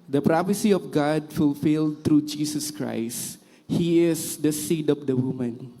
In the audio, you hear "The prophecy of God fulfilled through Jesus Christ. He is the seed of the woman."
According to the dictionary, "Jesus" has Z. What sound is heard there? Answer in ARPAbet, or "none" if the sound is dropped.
S